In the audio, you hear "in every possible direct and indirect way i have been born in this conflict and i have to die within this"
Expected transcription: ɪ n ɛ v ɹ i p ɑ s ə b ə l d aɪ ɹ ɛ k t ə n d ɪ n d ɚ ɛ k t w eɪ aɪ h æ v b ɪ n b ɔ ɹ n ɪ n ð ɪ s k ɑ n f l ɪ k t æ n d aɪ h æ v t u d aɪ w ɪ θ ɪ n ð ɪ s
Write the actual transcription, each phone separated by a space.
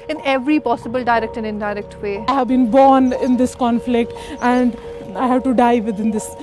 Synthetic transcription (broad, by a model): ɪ n ɛ v ɹ i p ɑ s ə b ə l d aɪ ɹ ɛ k t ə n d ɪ n d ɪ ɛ k t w eɪ aɪ h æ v b ɪ n b ɔ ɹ n ɪ n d ɪ s k ɑ n f l ɪ k t æ n d aɪ h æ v t u d aɪ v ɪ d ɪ n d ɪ s